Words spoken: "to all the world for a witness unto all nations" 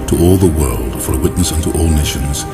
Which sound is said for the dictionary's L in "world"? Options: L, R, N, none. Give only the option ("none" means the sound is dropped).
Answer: L